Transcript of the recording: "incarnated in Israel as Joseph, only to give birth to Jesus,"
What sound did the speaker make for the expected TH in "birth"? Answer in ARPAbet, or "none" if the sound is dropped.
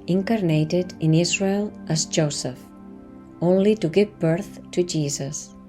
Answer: TH